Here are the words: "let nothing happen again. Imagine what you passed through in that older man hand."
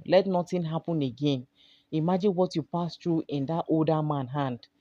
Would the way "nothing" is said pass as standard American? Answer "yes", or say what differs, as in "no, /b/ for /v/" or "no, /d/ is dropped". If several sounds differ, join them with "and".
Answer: no, /t/ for /θ/